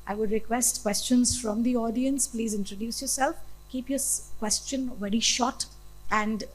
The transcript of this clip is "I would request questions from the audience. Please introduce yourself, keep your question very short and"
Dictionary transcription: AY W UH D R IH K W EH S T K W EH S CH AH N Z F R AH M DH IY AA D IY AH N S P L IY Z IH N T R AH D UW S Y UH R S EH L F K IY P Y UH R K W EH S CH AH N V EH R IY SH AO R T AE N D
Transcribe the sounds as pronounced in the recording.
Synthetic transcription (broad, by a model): AY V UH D R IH K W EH S T K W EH S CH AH N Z F R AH M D IY AA D IY AH N S P L IY Z IH N T R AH D UW S Y UH R S EH L F K IY P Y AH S K W EH S CH AH N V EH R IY SH AO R T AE N D